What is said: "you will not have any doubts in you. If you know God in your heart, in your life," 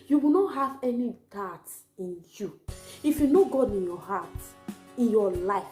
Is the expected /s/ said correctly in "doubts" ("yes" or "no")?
no